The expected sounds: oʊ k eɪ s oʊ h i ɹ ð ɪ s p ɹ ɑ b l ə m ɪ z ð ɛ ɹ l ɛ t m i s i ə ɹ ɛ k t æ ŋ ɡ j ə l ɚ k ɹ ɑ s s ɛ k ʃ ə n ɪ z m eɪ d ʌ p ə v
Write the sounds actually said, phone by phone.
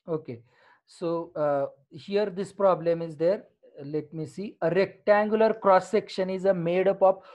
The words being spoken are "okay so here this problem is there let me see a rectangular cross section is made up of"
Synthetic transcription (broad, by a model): oʊ k eɪ s oʊ h i ɹ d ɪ s p ɹ ɑ b l ə m ɪ z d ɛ ɹ l ɛ t m i s i ə ɹ ɛ k t æ ŋ ɡ j ə l ɚ k ɹ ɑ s s ɛ k ʃ ə n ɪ z m eɪ d ʌ p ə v